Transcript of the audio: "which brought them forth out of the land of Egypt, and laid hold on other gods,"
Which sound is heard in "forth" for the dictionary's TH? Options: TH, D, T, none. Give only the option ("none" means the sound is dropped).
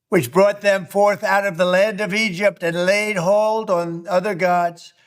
TH